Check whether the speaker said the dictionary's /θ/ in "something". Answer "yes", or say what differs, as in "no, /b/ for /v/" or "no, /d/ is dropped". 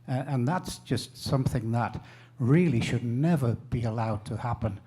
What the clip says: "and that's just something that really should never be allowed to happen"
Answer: yes